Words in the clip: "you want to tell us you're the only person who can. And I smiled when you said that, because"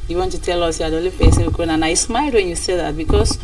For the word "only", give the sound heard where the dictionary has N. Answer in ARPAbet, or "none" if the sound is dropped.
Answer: none